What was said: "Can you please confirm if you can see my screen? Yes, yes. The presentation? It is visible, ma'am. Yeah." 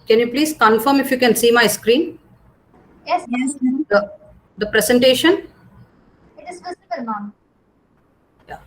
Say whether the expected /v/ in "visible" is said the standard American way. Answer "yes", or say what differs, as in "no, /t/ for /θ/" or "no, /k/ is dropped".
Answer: no, /f/ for /v/